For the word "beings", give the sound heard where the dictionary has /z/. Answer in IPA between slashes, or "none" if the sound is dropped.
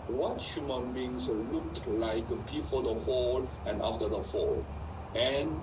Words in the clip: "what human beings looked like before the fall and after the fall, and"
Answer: /s/